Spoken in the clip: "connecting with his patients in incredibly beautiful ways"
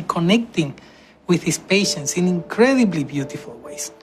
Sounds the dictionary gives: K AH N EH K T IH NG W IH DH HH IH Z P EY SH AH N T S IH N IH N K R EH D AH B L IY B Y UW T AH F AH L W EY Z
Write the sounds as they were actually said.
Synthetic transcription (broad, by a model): K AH N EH K T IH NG W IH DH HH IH S P EY SH AH N T S IH N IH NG K R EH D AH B L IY B Y UW T AH F AH L W EY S